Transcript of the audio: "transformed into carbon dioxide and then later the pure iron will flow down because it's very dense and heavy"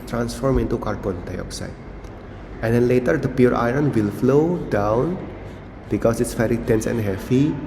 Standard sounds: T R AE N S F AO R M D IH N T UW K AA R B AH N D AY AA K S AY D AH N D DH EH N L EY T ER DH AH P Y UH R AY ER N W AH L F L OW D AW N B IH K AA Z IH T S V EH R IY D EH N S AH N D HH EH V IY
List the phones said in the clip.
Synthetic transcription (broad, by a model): T R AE N S F AO R M IH N T UW K AA R B AH N D AY AA K S AY D AH N D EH N L EY T ER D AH P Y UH R AY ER N W AH L F L OW D AW N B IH K AA S IH T S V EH R IY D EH N S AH N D HH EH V IY